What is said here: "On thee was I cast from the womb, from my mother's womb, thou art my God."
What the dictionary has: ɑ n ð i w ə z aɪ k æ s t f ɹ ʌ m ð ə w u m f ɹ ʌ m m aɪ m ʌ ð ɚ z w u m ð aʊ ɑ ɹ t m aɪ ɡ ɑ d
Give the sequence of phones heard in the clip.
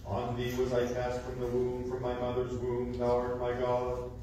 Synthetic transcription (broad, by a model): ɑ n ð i w ə z aɪ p æ s t f ɹ ʌ m ð ə w u m f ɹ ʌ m m aɪ m ʌ ð ɚ z w u m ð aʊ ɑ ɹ m aɪ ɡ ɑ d